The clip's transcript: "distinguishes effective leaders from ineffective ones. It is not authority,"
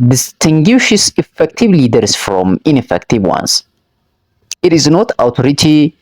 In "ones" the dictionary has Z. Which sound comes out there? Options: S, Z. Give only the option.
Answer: S